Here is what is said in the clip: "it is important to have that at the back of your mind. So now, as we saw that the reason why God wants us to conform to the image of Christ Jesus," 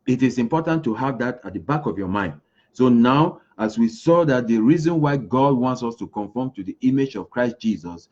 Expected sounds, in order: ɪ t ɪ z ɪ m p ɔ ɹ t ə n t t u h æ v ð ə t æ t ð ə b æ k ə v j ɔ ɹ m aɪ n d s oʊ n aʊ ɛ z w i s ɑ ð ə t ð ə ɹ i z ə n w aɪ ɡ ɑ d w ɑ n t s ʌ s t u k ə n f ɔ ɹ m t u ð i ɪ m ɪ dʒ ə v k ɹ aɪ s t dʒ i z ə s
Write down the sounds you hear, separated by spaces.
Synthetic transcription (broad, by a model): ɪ t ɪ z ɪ m p ɔ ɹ t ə n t t u h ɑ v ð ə t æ t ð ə b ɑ k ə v j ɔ m aɪ n d s oʊ n aʊ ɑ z w i s ɑ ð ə t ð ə ɹ i z ə n w aɪ ɡ ɑ d w ɑ n t s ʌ s t u k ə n f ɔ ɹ m t u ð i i m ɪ dʒ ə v k ɹ aɪ s t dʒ i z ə s